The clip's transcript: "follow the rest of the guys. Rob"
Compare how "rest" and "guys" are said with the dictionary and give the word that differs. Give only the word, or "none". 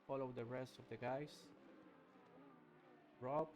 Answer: guys